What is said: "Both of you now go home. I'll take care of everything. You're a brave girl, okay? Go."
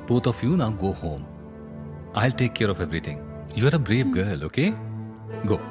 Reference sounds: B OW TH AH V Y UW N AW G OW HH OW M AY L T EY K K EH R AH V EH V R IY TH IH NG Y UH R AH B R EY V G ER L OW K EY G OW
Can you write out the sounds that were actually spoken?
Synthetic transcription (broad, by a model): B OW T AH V Y UW N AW G OW HH OW M AY L T EY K K EH R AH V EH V R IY T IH NG Y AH R AH B R EY V G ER L OW K EY G OW